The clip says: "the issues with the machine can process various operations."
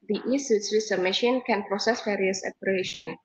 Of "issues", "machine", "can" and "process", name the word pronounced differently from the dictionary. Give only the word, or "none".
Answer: issues